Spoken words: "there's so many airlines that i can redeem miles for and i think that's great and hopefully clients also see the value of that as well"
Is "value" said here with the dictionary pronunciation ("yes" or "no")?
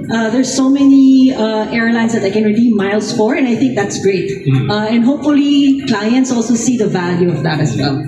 yes